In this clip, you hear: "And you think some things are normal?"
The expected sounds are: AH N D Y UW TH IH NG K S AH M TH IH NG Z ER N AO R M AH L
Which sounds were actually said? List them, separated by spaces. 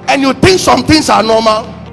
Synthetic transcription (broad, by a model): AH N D Y UW T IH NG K S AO M T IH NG S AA N AO M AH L